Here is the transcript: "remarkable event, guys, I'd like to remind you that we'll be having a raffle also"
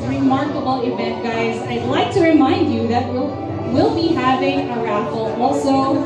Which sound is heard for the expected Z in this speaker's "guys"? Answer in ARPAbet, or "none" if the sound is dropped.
Z